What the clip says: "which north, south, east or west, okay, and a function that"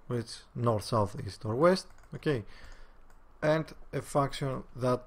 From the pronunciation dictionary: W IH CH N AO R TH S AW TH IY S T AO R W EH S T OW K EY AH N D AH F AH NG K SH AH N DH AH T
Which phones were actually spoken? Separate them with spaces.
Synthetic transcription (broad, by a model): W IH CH N AO R TH S AW TH IY S T AO R W EH S T OW K EY AH N D AH F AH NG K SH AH N DH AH T